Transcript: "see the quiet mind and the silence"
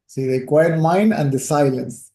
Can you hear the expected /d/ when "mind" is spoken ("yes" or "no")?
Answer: yes